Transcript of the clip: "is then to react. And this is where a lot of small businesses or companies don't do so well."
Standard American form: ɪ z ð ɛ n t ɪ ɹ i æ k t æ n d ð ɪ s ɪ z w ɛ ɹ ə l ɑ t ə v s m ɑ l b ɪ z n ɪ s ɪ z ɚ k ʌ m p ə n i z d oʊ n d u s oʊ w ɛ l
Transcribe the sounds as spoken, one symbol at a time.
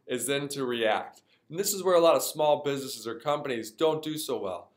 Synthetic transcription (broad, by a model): ɪ z ð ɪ n t ɪ ɹ i æ k t n ð ɪ s ɪ z w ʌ ɹ ə l ɑ t ə v s m ɑ l b ɪ z n ɪ s ɪ z ɚ k ʌ m p ə n i z d oʊ n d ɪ s oʊ w ɛ l